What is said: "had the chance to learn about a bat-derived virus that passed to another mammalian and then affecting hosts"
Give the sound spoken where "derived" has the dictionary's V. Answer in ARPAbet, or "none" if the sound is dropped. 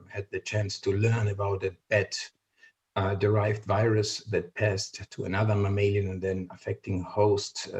V